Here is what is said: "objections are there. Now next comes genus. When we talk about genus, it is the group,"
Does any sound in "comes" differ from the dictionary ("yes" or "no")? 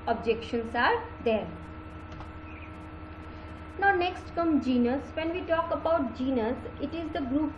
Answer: yes